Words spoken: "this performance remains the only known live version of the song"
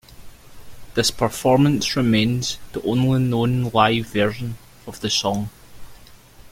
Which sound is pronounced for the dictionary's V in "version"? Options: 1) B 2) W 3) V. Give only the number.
3